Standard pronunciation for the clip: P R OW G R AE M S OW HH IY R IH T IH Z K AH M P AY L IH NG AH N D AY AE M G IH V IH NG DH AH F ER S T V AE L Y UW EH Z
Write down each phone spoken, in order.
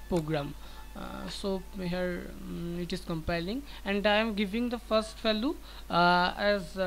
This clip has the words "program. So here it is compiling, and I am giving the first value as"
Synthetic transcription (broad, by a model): P R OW G R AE M S OW HH IY R IH T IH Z K AH M P AY L IH NG AH N D AY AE M G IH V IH NG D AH F ER S T F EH L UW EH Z